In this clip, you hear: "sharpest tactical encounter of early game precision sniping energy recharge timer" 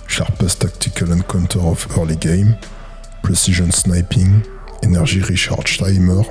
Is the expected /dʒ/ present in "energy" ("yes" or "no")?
no